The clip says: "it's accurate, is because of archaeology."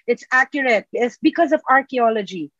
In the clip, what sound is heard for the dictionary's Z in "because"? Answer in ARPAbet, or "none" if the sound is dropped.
Z